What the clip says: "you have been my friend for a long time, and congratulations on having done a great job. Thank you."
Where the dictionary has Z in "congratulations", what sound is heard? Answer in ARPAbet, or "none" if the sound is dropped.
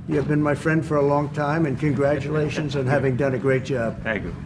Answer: Z